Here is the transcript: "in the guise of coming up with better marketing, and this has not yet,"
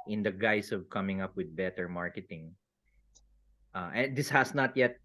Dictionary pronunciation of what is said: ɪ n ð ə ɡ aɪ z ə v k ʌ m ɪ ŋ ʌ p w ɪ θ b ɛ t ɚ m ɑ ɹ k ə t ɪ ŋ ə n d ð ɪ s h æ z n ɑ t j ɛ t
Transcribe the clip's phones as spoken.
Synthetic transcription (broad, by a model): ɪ n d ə ɡ aɪ s ə v k ʌ m ɪ ŋ ʌ p w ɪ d b ɛ t ɚ m ɑ ɹ k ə t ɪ ŋ ə n d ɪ s h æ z n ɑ t j ɛ t